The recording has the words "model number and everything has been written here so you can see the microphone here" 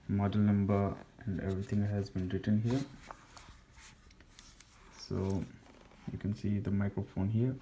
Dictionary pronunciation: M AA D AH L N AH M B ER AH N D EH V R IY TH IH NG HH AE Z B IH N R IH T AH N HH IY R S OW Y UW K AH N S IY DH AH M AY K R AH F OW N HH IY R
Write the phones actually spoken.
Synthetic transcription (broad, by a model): M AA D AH L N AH M B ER AH N D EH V R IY T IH NG HH AE Z B IH N R IH T AH N HH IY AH S OW Y UW K AH N S IY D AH M AY K R AH F OW N HH IY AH